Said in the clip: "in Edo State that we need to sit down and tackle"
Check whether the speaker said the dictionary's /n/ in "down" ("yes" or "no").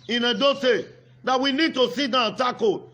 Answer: no